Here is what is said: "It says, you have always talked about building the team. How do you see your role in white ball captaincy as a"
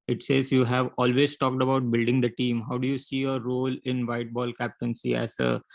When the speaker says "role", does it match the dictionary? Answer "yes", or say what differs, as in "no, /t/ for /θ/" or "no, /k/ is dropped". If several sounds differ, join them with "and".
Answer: yes